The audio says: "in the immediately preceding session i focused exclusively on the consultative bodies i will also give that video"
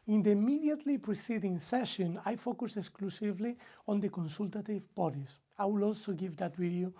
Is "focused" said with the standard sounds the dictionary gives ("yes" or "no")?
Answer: no